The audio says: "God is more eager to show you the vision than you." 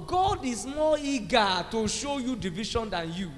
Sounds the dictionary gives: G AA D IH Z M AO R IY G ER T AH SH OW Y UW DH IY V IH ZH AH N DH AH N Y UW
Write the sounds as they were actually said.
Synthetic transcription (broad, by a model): G AA D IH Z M AO IY G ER T AH SH OW Y UW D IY V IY SH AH N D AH N Y UW